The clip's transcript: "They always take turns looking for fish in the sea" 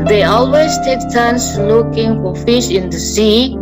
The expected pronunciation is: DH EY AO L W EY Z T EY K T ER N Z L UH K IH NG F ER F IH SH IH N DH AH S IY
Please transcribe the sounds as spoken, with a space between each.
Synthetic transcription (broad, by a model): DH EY AO L W EY Z T EY K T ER N S L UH K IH NG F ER F IH SH IH N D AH S IY